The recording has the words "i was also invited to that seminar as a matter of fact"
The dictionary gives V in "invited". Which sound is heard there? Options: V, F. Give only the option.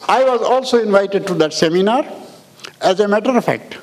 V